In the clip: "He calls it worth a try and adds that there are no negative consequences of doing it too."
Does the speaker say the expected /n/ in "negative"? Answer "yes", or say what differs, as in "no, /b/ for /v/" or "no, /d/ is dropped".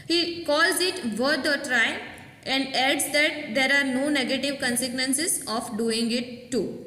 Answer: yes